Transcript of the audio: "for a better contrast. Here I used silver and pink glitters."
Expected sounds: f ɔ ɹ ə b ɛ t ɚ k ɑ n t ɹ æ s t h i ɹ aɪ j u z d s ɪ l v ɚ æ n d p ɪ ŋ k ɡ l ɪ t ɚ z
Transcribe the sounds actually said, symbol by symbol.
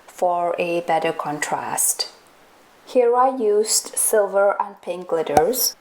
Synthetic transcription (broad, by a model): f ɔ ɹ ə b ɛ t ɚ k ɑ n t ɹ æ s t h i ɹ aɪ j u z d s ɪ l v ɚ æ n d p ɪ ŋ k l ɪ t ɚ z